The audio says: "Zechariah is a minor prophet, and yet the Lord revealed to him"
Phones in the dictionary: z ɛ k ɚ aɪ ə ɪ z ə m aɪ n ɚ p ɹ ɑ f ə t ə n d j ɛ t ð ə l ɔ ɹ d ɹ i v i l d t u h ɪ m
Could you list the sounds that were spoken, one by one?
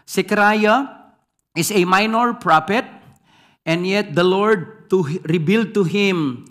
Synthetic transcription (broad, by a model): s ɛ k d aɪ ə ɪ s ə m aɪ n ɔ p ɹ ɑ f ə t ə n d j ɛ t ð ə l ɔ ɹ d ɹ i b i l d t u h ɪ m